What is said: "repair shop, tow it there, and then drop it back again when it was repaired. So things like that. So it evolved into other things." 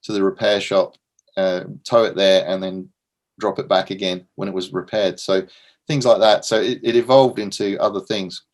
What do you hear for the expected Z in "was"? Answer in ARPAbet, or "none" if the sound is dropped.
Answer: Z